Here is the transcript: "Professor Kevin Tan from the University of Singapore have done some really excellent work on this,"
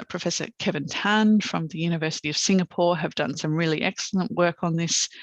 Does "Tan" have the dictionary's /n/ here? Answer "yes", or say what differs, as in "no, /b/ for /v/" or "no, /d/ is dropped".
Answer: yes